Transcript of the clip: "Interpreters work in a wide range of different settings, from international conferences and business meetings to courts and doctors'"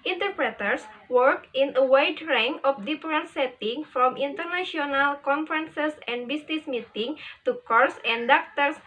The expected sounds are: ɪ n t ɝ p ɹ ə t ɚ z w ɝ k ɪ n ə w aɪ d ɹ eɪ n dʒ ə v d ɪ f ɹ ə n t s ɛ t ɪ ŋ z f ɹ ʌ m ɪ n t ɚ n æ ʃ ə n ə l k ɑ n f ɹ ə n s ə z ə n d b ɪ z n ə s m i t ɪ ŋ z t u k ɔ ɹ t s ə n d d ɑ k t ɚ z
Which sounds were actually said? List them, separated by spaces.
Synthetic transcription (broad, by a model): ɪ n t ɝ p ɹ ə t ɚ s w ɝ k ɪ n ə w aɪ d ɹ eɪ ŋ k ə f d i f ɹ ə n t s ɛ t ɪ ŋ f ɹ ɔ m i n t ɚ n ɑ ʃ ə n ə l k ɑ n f ɹ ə n s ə s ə n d b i s n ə s m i t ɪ ŋ t u k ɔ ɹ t s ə n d d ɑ k t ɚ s